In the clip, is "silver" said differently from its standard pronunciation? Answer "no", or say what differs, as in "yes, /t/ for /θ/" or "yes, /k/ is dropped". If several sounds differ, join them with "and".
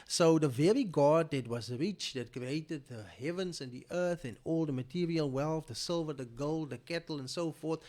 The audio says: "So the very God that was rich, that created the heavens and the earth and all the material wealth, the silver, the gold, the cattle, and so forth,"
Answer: no